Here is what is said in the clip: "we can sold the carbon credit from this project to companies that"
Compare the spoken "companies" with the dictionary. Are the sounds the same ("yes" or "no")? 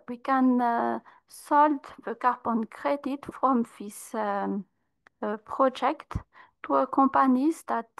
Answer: no